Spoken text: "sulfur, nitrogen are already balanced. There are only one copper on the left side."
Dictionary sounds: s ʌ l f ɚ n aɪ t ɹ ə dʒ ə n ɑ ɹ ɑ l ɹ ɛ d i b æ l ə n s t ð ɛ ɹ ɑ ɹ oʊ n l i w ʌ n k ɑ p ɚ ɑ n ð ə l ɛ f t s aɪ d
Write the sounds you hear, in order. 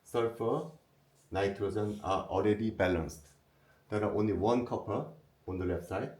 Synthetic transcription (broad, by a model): s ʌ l f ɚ n aɪ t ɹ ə z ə n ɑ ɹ ɑ l ɹ ɛ d i b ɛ l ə n s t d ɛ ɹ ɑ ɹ oʊ n l i w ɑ n k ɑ p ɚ ɑ n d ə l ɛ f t s aɪ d